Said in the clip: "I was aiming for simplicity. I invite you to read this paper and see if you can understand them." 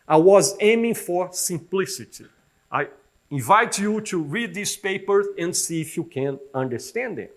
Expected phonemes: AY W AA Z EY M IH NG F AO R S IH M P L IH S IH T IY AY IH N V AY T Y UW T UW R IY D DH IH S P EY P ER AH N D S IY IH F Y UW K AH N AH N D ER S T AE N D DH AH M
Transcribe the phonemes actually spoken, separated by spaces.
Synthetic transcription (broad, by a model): AY W AA Z EY M IH NG F AO R S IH M P L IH S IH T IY AY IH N V AY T Y UW T UW R IY D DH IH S P EY P ER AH N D S IY IH F Y UW K AH N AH N D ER S T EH N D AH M